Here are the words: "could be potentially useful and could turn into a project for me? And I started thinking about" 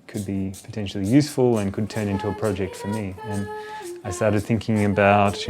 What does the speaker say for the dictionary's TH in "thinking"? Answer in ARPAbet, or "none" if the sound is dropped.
TH